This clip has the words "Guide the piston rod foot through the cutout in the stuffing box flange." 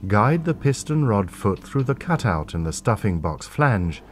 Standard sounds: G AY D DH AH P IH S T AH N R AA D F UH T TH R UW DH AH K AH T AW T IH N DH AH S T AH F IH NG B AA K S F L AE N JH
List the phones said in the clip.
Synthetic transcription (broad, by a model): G AY D DH AH P IH S T AH N R AA D F UH T TH R UW DH AH K AH T AW T IH N DH AH S T AH F IH NG B AA K S F L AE N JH